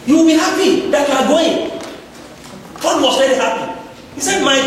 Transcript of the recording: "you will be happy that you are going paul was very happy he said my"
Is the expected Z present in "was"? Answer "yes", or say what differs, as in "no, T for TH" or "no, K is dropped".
no, S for Z